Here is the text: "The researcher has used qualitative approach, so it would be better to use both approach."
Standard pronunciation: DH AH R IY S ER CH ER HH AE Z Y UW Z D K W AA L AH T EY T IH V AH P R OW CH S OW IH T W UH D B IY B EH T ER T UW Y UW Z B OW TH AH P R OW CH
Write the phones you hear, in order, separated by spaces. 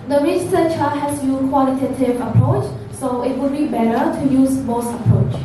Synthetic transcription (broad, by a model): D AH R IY S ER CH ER HH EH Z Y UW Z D K W AA L AH T EY T IH V AH P R OW CH S OW IH T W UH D B IY B EH T ER T UW Y UW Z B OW S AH P R OW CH